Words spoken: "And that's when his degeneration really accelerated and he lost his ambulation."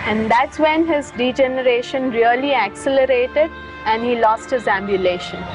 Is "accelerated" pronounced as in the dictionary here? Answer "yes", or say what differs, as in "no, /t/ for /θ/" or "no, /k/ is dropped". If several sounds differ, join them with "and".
yes